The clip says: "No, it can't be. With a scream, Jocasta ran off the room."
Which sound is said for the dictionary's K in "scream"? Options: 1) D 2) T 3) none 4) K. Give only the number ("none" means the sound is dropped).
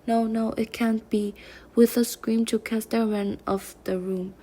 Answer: 4